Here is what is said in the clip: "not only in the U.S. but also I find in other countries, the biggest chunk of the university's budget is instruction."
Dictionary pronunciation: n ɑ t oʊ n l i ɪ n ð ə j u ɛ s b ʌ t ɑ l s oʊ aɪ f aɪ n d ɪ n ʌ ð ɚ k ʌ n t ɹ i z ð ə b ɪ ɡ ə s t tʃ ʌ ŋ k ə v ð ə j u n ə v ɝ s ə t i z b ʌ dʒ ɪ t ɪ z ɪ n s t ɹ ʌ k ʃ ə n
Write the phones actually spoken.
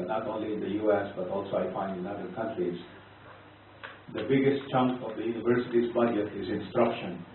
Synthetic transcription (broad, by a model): n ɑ t oʊ n l i ɪ n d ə j u ɛ s b ʌ t ɑ l s oʊ aɪ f aɪ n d ɪ n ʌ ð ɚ k ʌ n t ɹ i z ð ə b ɪ ɡ ə s t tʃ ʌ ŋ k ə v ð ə j u n ə v ɝ s ə t i z b ʌ dʒ ɪ t ɪ z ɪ n s t ɹ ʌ k ʃ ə n